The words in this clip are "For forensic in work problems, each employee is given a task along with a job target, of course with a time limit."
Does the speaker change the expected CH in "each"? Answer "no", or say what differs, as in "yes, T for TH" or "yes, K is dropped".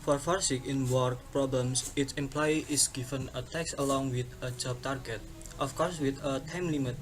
yes, S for CH